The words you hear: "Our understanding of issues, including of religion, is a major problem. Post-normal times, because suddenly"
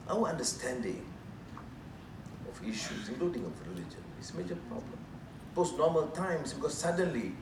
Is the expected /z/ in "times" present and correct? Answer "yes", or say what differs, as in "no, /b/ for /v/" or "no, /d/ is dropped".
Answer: no, /s/ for /z/